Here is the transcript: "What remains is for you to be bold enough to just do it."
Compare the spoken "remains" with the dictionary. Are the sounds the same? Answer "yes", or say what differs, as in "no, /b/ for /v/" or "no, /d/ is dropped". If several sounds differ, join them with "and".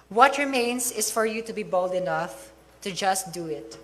no, /s/ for /z/